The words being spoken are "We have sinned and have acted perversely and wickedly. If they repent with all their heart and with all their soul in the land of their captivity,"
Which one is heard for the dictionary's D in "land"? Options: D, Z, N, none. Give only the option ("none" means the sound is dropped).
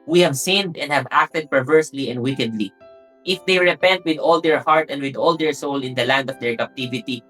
D